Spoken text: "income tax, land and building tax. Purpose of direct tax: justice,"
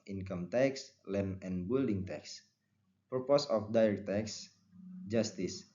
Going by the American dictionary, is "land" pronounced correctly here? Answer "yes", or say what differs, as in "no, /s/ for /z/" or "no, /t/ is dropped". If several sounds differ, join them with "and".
no, /d/ is dropped